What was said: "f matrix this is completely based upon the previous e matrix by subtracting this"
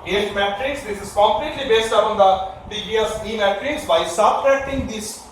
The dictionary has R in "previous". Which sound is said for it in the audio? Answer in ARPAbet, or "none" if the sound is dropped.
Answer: none